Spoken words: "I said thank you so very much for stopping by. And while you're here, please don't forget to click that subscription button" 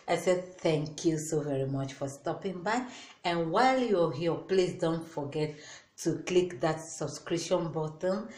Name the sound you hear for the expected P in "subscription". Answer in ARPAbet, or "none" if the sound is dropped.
none